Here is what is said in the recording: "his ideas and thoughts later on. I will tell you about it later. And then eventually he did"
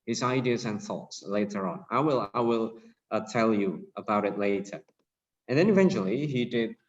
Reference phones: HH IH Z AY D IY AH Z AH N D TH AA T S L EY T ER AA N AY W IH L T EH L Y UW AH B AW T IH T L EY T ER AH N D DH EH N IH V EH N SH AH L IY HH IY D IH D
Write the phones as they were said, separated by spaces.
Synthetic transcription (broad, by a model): HH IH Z AY D IY AH Z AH N TH AA T S L EY T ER AA L AY W IH L T EH L Y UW AH B AW T IH T L EY T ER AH N DH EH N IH V EH N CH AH L IY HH IY D IH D